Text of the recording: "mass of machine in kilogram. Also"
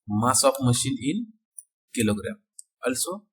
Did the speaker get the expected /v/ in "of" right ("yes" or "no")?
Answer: no